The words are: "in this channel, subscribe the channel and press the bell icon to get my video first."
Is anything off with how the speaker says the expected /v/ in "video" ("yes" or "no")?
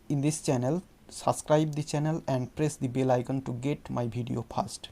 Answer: yes